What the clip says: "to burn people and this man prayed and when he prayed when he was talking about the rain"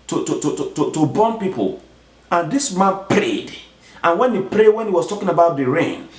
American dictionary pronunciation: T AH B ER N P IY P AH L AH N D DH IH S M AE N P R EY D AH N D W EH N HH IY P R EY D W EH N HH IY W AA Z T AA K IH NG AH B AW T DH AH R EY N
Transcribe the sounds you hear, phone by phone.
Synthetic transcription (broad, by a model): T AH B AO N P IY P AH L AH N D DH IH S M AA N P R EY D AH N W EH N HH IY P R EY D W EH N HH IY W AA S T AA K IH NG AH B AW T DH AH R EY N